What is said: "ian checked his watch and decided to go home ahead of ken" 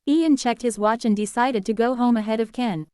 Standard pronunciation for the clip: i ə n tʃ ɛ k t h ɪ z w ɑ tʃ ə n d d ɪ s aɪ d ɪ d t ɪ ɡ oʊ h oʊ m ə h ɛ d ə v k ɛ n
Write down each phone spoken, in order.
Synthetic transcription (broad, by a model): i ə n tʃ ɛ k t h ɪ z w ɑ tʃ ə n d d ɪ s aɪ d ɪ d t ɪ ɡ oʊ h oʊ m ə h ɛ d ə v k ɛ n